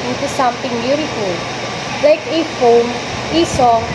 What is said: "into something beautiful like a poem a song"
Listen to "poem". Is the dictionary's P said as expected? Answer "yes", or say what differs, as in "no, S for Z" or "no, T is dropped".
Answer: no, F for P